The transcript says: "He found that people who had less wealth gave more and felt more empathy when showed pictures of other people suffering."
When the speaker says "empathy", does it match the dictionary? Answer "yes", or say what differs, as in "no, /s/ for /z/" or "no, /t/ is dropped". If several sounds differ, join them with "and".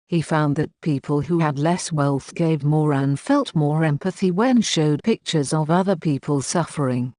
yes